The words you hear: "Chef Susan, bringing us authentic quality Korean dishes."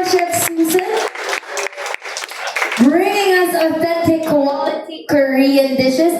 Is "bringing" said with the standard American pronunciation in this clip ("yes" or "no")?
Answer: yes